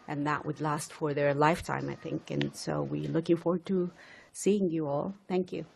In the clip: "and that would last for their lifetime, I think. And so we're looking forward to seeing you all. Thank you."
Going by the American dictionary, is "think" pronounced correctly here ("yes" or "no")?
yes